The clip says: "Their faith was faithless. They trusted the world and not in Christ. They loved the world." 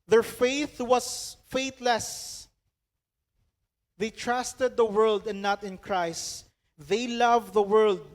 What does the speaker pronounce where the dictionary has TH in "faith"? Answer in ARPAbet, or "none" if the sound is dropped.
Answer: TH